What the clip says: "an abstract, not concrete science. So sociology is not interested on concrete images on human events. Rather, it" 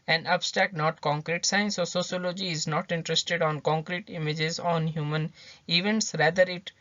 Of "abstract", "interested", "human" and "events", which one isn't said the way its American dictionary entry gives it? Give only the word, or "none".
abstract